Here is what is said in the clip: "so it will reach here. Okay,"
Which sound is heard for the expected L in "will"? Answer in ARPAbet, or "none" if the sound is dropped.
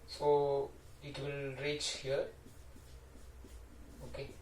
L